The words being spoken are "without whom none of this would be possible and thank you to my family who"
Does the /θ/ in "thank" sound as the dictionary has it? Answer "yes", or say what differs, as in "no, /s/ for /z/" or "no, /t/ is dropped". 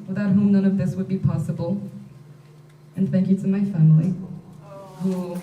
yes